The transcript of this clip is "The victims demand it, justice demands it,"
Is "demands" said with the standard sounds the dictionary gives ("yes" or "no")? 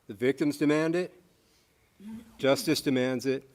yes